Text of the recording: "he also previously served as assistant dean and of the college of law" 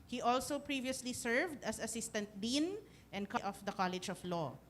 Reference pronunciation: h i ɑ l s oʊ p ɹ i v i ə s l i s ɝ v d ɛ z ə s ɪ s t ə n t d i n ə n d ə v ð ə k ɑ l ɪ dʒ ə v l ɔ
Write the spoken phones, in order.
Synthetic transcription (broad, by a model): h i ɑ l s oʊ p ɹ i v i ə s l i s ɝ v d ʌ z ə s ɪ s t ə n t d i n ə n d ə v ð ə k ɑ l ɪ dʒ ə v l ɔ